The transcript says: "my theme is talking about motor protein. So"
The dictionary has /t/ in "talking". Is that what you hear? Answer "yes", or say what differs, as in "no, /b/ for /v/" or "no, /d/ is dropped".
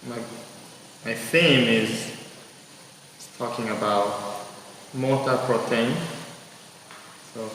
yes